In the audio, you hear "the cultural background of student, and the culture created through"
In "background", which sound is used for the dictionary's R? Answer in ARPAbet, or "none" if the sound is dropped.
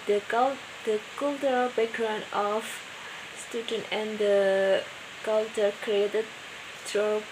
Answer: R